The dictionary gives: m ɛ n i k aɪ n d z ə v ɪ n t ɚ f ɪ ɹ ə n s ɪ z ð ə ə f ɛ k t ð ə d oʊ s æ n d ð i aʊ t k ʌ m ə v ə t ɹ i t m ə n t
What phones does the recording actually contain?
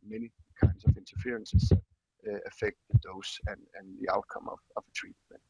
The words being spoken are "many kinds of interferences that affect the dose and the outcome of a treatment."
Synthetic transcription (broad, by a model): m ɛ n i k aɪ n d s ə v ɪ n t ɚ f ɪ ɹ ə n s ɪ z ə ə f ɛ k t ð ə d oʊ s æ n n ð i aʊ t k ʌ m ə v ə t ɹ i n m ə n